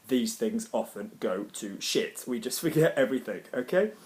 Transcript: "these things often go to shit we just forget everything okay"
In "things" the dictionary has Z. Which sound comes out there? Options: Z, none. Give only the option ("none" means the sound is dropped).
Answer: Z